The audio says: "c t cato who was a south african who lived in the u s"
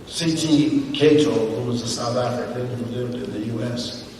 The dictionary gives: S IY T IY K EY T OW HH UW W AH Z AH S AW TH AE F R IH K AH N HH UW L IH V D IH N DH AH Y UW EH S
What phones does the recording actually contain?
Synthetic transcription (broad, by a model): S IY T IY K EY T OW HH UW W AH Z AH S AW TH AE F R IH K AH N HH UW L IH V D IH N DH AH Y UW EH S